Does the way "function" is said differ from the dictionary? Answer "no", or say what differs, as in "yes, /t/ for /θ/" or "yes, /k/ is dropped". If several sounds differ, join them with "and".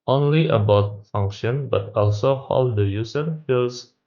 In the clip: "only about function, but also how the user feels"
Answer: no